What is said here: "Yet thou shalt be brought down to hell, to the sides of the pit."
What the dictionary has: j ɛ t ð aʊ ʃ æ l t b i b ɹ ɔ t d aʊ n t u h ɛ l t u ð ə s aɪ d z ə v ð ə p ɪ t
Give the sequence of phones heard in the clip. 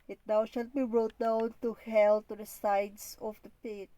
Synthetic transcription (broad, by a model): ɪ t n aʊ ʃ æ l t b i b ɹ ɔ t d aʊ n t u h ɛ l t u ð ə s aɪ d s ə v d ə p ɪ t